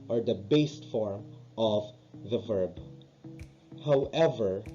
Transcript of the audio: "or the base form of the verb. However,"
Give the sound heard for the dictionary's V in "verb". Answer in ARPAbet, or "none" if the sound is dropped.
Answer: V